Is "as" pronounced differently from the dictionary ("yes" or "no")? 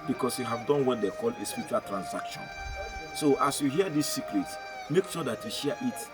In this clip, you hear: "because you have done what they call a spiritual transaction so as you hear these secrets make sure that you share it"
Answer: yes